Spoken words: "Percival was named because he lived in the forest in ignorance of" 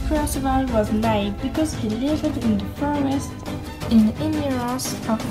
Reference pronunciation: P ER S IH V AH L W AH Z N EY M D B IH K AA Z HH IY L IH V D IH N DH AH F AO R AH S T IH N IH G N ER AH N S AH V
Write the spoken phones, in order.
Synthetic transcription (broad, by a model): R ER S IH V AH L W AH Z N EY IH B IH K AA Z HH IY L IH V D IH N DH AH F AO R AH S T IH N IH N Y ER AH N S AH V